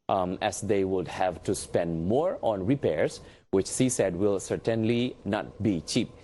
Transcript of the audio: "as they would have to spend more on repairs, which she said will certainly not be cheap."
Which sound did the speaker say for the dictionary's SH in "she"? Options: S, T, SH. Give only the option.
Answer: S